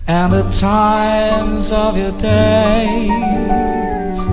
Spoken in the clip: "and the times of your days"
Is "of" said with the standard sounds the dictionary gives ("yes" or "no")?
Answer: yes